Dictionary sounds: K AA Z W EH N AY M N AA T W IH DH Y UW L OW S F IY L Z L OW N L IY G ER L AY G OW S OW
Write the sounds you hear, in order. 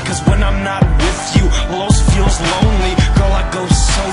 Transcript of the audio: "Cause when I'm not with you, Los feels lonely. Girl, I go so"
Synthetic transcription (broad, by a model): K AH Z W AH N AY M N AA T W IH DH Y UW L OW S F IY L Z L OW N L IY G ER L AY G OW S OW